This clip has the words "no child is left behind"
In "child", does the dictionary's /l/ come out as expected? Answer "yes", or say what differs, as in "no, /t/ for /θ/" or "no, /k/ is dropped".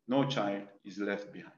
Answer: yes